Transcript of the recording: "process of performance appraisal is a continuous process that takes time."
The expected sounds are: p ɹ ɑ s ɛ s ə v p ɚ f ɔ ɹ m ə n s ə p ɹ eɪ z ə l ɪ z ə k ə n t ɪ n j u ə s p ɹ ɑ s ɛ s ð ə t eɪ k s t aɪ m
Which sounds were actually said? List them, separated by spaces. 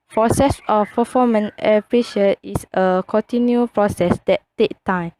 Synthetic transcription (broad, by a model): p ɹ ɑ s ɛ s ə f p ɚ f ɔ m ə n ə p ɹ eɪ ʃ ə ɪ s ə k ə n t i n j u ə p ɹ ɑ s ɛ s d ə t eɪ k t aɪ m